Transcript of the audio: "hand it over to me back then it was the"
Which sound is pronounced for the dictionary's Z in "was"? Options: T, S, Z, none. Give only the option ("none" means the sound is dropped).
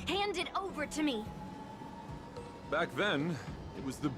Z